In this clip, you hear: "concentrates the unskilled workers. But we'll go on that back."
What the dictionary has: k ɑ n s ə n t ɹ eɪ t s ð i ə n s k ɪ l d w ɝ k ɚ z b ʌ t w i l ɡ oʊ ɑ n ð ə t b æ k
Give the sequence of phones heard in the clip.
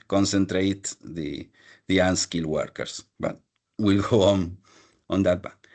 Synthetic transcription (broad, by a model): k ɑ n s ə n t ɹ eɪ t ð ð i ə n s k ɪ l w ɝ k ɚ s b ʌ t w i l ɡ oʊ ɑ n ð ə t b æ